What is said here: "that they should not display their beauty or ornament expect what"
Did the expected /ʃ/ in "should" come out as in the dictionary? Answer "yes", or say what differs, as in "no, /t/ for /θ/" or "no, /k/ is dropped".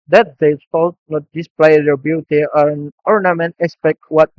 no, /s/ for /ʃ/